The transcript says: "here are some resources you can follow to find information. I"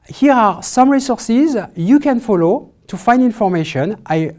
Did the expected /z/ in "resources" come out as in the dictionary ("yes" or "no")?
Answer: yes